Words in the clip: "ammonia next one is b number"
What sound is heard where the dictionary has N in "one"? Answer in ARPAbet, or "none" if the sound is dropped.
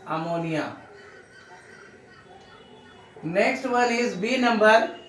L